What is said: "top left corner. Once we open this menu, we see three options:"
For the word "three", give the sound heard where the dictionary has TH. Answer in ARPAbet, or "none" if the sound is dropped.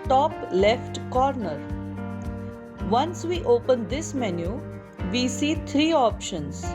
T